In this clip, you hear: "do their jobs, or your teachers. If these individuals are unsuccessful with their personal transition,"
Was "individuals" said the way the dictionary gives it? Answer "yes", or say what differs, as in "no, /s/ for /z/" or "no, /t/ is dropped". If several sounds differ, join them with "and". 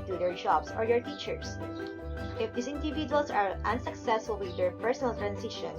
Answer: no, /s/ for /z/